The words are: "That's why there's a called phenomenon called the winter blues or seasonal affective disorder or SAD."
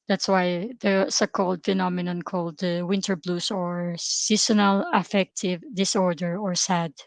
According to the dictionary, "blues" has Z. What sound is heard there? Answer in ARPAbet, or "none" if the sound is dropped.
S